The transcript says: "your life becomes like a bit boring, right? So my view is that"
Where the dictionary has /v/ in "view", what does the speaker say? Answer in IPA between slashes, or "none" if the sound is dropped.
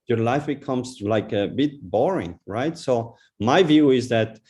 /v/